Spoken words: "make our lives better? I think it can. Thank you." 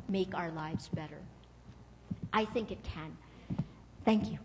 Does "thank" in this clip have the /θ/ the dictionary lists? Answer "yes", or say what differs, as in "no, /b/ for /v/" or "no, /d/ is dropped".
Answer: yes